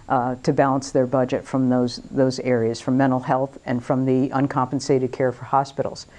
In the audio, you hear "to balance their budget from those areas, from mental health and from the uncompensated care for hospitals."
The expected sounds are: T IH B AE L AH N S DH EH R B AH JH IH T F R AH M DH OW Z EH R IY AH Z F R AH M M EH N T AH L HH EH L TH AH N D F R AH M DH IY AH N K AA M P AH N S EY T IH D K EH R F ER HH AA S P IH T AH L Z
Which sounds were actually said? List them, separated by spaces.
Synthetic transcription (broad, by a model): T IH B AE L AH N S DH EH R B AH JH IH T F R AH M DH OW Z EH R IY AH Z F R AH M M EH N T L HH EH L TH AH N F R AH M DH IY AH N K AA M P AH N S EY T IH D K EH R F ER HH AA S P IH T L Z